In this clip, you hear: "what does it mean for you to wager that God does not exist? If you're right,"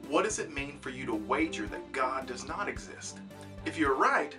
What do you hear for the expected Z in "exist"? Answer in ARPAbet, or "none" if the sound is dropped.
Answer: Z